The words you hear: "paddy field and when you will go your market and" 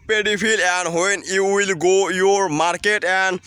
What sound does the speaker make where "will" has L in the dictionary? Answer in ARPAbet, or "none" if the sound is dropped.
L